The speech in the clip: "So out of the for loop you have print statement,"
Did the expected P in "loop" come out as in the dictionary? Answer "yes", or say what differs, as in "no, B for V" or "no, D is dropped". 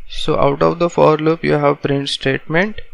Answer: yes